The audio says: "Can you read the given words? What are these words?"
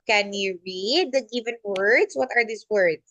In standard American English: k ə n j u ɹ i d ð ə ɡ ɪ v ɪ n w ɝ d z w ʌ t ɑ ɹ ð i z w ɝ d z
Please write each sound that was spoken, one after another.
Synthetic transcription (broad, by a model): k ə n j u ɹ i d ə ɡ ɪ v ɪ n w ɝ d s w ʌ t ɑ ɹ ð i s w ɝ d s